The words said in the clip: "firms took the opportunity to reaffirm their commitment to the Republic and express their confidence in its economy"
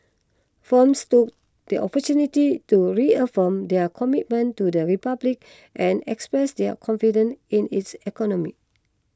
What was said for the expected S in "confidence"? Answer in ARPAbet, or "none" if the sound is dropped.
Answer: none